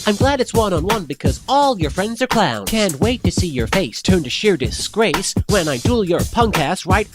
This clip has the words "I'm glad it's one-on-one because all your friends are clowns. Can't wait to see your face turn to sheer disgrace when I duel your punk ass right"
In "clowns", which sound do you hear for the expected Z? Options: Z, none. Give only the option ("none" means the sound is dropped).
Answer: none